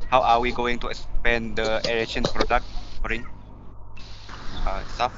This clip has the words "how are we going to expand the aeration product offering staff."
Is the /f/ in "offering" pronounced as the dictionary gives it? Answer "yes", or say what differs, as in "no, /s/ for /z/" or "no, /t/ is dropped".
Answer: no, /f/ is dropped